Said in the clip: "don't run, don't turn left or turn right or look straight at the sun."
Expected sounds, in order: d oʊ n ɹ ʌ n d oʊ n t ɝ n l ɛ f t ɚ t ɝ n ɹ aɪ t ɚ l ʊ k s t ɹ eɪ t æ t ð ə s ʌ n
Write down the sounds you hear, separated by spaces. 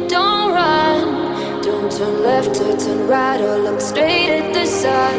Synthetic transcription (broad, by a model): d oʊ n ɹ ʌ n d oʊ n t ɝ n l ɛ f t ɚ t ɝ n ɹ aɪ t ɚ l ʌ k s t ɹ eɪ t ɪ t ð ə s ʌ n